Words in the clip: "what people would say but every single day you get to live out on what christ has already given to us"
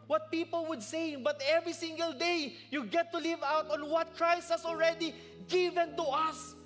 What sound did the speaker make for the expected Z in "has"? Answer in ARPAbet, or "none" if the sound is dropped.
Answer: S